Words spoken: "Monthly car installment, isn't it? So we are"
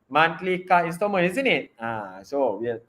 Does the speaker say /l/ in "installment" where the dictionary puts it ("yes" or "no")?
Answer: no